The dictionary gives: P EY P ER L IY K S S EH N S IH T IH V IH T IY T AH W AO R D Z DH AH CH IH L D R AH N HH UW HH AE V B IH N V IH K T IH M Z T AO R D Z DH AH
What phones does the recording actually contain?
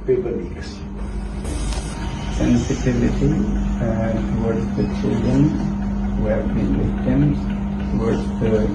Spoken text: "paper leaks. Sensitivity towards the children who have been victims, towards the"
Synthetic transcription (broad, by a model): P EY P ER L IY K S S EH N S IH T IH V IH T IY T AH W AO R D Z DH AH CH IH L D AH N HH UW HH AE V B IH N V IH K T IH M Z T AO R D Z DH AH